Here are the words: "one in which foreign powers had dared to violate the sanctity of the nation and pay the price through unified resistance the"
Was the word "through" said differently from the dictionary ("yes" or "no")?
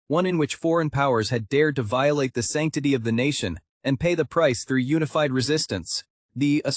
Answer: no